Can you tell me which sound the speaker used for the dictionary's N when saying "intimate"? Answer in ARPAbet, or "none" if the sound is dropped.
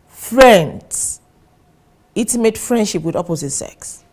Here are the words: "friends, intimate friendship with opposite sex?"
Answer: none